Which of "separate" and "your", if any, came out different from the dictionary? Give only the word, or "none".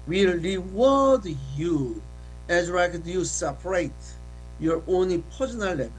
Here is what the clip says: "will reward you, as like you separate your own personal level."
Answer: none